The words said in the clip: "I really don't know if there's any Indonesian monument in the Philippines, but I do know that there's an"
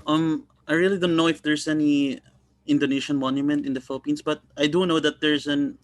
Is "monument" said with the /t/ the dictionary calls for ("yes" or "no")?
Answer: yes